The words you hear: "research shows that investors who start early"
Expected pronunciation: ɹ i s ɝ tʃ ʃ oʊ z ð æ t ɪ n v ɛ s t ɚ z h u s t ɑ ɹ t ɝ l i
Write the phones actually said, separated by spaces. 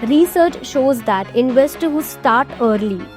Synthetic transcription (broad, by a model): ɹ i s ɝ tʃ ʃ oʊ z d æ t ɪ n v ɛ s t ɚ h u s t ɑ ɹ t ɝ l i